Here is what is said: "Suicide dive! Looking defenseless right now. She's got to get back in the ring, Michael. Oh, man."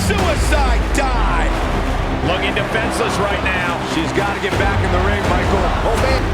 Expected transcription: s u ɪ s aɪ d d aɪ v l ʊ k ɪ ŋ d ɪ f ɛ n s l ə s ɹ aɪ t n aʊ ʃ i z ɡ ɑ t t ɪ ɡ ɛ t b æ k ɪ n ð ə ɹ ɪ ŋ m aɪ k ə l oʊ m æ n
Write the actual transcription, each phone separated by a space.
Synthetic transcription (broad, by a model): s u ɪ s aɪ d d aɪ l ʊ k ɪ ŋ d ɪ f ɛ n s ə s ɹ aɪ t n aʊ ʃ i z ɡ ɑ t t ɪ ɡ ɛ t b æ k ɪ n ð ə ɹ ɪ ŋ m aɪ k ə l oʊ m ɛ